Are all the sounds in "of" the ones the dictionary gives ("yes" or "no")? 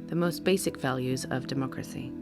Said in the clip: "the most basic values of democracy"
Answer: yes